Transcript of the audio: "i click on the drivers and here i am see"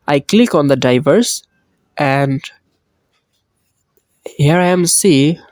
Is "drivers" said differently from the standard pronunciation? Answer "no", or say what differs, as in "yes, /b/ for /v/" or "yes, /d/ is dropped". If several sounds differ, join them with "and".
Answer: yes, /ɹ/ is dropped